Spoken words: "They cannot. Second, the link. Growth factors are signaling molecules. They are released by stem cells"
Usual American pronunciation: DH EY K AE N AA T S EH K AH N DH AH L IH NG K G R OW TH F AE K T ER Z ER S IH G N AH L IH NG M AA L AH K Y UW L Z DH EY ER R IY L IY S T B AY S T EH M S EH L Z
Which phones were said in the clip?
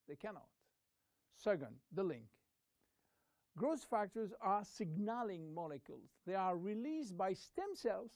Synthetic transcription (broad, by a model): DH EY K AE N AA T S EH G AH N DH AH L IH NG K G R OW S F AE K T ER Z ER S IH G N AH L IH NG M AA L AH K Y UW L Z DH EY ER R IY L IY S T B AY S T EH M S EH L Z